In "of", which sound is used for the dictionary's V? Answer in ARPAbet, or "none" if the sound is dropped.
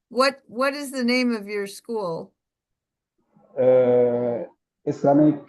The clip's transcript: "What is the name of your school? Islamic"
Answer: V